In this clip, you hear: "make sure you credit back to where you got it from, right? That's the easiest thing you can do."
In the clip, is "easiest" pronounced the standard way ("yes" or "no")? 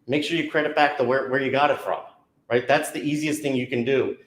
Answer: yes